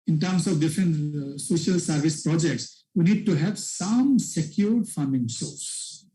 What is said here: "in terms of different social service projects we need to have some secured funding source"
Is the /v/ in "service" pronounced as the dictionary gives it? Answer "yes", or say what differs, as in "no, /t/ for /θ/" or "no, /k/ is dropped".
yes